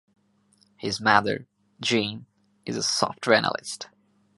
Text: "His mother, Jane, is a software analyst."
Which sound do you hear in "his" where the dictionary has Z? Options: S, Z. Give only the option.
Z